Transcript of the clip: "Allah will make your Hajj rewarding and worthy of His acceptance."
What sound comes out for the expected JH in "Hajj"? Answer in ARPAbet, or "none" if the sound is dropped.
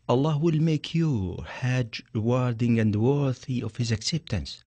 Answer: JH